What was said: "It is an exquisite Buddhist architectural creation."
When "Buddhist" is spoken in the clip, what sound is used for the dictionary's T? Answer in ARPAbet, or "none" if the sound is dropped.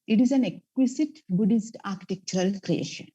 T